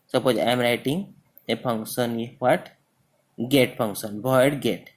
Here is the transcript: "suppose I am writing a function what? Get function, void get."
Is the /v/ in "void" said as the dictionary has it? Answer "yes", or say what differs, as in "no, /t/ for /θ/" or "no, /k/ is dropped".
no, /b/ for /v/